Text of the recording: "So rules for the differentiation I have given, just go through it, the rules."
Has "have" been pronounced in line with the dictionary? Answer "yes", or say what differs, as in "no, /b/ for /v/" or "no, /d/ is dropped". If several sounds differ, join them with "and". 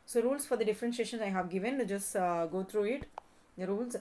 yes